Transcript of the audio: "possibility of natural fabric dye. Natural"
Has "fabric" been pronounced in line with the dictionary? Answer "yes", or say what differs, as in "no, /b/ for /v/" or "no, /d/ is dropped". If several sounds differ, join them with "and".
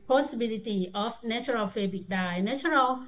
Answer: no, /ɹ/ is dropped